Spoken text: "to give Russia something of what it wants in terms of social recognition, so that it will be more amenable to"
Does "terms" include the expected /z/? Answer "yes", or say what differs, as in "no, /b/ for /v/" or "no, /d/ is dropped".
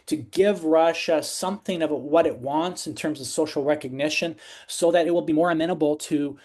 yes